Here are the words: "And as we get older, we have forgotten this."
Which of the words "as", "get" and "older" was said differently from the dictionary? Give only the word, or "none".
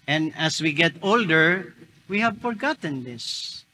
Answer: as